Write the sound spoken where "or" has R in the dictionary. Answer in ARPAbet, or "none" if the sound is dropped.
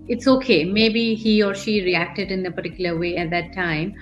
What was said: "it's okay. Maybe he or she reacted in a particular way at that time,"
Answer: R